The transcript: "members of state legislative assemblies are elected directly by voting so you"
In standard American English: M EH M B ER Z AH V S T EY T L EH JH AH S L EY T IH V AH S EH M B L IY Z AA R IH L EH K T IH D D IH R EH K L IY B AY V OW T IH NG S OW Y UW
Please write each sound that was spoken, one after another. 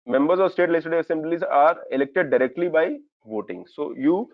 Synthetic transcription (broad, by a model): M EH M B ER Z AH V S T EY T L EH AH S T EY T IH AH S EH M B L IY Z AA R IH L EH K T IH D D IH R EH K L IY B AY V OW T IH NG S OW Y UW